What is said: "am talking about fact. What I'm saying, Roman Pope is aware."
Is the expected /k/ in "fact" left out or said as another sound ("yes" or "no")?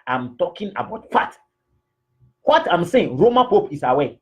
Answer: yes